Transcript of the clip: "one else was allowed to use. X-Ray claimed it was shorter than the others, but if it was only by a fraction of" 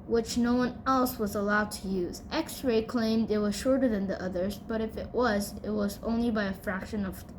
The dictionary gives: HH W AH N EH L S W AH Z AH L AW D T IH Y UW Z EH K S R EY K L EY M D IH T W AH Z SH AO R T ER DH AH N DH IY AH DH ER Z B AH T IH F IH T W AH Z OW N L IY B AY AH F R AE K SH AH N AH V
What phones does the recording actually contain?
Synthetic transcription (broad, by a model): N W AH N EH L S W AH Z AH L AW D T IH Y UW Z EH K S R EY K L EY M D IH T W AH Z SH AO R T ER DH AH N DH IY AH DH ER Z B AH T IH F IH T W AH Z OW N L IY B AY AH F R AE K SH AH N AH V